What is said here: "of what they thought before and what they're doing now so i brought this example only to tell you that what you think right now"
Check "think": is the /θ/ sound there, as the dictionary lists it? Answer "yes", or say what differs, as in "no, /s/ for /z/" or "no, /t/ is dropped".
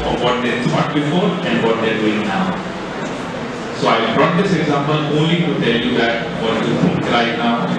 no, /f/ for /θ/